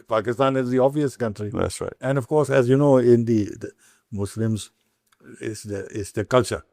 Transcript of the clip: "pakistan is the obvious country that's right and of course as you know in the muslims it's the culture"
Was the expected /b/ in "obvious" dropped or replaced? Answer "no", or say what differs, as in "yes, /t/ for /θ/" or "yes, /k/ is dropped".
yes, /b/ is dropped